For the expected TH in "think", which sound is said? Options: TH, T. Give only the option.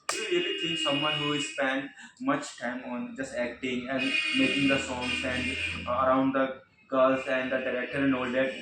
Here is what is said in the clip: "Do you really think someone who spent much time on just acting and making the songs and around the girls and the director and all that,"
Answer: T